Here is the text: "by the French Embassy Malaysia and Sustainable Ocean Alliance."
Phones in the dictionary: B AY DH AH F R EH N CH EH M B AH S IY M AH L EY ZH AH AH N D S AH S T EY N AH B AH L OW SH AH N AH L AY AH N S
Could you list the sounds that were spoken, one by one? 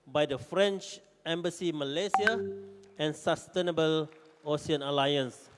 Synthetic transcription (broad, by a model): B AY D AH F R EH N CH EH M B AH S IY M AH L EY S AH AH N S AH S T EY N AH B AH L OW S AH N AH L AY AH N S